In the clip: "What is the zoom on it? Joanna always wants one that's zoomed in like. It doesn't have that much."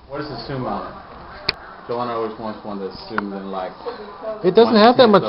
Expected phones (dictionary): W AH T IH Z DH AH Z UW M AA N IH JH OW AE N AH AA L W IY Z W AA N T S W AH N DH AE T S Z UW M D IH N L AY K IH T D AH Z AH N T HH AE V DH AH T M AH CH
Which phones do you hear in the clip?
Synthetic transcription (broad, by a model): W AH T IH Z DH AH S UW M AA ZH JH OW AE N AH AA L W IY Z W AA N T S W AH N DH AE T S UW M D IH N L AY K IH T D AH Z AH N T HH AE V DH AH T M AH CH